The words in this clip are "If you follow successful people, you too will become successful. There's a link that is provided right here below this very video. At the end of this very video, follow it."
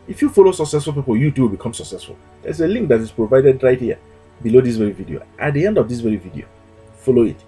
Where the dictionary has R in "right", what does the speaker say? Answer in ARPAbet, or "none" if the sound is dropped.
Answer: R